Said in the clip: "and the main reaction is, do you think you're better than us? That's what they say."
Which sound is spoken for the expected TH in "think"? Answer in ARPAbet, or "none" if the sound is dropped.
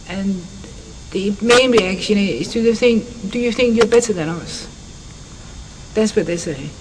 TH